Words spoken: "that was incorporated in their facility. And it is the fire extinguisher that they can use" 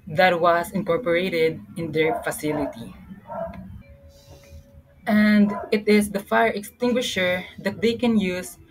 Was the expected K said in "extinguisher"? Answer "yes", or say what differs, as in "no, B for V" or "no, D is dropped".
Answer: yes